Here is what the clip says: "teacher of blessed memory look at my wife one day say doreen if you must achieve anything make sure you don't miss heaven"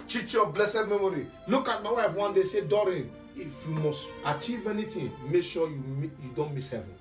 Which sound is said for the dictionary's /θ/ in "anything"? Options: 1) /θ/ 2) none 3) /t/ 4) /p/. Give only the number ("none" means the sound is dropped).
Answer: 3